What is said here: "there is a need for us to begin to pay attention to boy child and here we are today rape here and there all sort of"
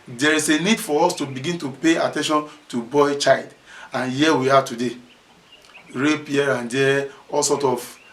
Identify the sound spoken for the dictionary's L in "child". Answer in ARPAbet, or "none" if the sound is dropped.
L